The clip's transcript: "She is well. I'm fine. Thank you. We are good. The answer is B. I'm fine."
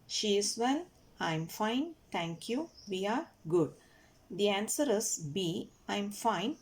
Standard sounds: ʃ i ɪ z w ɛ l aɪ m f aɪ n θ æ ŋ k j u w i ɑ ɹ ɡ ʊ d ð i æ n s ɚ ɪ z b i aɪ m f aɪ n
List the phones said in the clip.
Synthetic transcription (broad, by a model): ʃ i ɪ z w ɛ n aɪ m f aɪ n t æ ŋ k j u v i ɑ ɹ ɡ ʊ d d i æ n s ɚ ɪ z b i aɪ m f aɪ n